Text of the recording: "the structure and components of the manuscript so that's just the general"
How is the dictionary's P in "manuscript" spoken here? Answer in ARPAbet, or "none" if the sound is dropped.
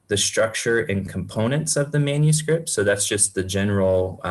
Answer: P